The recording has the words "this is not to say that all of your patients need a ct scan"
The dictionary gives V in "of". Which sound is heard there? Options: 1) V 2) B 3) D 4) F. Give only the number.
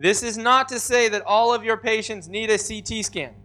1